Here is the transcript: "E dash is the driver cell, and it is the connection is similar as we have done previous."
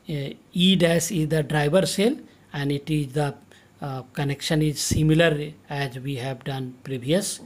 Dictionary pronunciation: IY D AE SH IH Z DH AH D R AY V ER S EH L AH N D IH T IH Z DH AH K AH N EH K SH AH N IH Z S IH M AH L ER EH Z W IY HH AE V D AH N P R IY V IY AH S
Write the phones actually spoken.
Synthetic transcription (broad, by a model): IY D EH S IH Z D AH D R AY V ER S EH L AH N D IH T IH Z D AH K AH N EH K SH AH N IH Z S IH M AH L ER EH Z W IY HH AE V D AH N P R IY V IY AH S